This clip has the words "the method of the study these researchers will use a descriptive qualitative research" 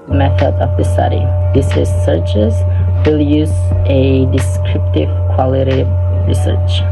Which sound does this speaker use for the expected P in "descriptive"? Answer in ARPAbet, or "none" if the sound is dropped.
P